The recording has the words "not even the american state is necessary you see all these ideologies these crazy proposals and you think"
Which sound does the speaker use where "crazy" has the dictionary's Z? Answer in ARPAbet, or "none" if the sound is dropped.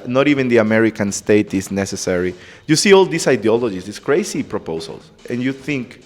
S